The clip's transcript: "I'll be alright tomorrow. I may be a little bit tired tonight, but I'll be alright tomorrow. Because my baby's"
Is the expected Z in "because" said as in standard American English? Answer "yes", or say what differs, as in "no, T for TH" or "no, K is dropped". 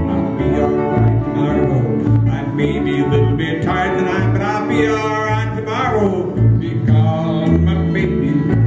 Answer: no, Z is dropped